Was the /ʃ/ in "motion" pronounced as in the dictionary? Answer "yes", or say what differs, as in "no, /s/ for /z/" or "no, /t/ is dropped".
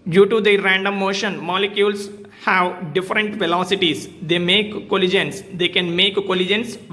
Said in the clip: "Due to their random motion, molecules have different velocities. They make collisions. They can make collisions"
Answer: yes